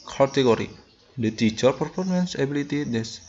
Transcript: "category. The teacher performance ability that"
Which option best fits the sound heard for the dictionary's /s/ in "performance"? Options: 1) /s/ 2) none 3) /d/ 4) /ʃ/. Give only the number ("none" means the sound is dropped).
1